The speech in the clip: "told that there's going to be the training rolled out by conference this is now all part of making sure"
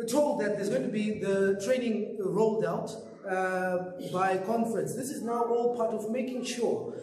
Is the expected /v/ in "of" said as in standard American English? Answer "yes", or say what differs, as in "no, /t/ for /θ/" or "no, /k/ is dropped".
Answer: yes